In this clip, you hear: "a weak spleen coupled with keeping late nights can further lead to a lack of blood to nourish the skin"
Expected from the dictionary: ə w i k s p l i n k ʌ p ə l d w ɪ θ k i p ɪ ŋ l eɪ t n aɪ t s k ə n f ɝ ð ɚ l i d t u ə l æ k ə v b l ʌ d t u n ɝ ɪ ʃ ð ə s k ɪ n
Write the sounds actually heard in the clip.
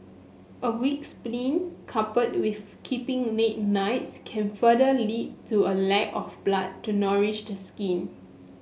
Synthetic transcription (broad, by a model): ə w i k s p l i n k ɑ p ə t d w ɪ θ k i p ɪ ŋ n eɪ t n aɪ t s k ə n f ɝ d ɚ l i d t u ə l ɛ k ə f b l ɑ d t u n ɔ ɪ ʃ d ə s k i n